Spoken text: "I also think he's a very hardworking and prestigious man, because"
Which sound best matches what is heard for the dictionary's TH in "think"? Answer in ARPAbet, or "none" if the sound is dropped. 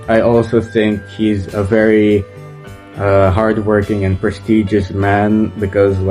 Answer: TH